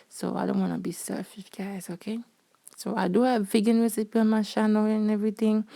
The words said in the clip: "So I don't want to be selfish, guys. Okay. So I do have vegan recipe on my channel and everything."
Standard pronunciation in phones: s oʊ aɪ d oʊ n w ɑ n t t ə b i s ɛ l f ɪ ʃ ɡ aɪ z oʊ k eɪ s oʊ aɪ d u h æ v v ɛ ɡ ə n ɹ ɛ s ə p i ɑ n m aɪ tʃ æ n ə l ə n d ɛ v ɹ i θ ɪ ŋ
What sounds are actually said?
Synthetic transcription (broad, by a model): s oʊ aɪ d oʊ n w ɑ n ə b i s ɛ f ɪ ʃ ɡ aɪ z oʊ k eɪ s oʊ aɪ d u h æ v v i ɡ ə n ɹ ɛ s ə p i ɑ n m aɪ ʃ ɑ n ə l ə n ɛ v ɹ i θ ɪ ŋ